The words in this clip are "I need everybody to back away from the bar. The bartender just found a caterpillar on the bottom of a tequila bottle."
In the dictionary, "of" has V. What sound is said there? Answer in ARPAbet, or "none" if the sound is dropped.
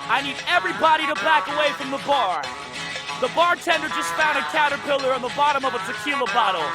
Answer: B